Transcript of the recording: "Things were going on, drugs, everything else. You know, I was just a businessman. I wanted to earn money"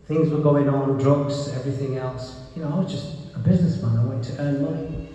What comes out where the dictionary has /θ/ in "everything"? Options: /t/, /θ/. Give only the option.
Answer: /θ/